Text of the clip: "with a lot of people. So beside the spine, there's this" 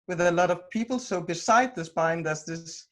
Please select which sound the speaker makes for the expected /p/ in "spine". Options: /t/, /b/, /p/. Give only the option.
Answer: /b/